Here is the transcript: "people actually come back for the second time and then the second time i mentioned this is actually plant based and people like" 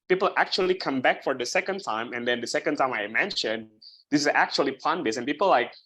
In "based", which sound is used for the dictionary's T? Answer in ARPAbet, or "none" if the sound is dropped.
none